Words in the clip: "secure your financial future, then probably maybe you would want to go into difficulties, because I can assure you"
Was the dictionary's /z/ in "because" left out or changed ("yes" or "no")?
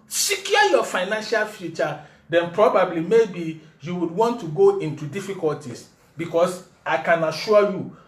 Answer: yes